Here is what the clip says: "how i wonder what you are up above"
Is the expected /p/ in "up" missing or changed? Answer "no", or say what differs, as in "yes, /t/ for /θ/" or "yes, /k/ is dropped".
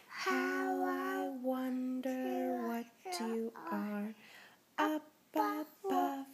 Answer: yes, /b/ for /p/